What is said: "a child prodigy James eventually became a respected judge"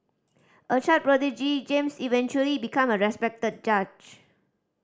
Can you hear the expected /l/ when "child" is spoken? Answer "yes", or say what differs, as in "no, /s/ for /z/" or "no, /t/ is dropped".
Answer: no, /l/ is dropped